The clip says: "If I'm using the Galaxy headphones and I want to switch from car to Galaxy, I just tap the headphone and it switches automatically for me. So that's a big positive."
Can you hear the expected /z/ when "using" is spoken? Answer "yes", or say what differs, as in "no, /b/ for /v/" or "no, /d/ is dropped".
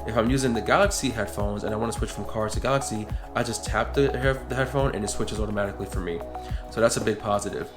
yes